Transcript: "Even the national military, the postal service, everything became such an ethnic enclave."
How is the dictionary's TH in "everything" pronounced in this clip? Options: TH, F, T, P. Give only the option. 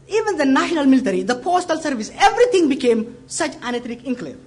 T